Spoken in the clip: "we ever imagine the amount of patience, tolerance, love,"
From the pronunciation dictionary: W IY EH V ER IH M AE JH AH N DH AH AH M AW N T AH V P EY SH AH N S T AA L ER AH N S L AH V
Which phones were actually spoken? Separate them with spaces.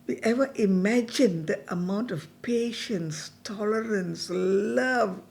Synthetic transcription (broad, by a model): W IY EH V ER IH M AE JH AH N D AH AH M AW N T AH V P EY SH AH N S T AA L ER AH N S L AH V